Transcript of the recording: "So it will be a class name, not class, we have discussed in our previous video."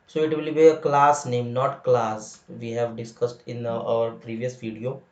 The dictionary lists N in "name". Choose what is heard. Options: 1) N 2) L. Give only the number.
1